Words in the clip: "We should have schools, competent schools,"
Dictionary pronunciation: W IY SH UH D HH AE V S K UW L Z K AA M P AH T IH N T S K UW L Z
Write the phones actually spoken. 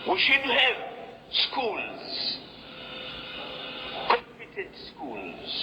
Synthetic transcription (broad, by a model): W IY SH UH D HH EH V S K UW L Z K AA M P AH T IH N T S K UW L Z